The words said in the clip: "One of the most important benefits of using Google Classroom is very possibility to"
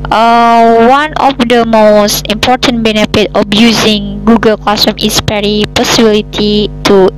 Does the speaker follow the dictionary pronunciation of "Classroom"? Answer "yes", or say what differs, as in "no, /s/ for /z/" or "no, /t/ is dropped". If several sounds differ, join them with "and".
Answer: no, /ɹ/ is dropped